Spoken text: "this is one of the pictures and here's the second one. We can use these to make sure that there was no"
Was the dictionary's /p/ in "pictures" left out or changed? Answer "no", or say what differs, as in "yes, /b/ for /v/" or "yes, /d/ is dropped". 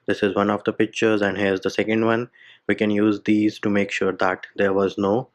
no